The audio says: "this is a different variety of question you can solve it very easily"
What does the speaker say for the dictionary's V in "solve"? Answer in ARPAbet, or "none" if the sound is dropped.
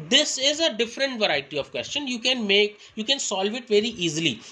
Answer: V